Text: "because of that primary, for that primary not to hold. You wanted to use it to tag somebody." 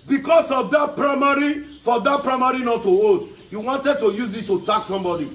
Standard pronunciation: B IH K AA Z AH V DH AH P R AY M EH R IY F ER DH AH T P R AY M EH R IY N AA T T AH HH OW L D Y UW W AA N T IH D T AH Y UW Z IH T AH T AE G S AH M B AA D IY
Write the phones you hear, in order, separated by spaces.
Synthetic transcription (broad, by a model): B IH K AA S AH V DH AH P R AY M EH R IY F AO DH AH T P R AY M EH R IY N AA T T AH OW D Y UW W AA N T IH D T AH Y UW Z IH T AH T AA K S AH M B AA D IY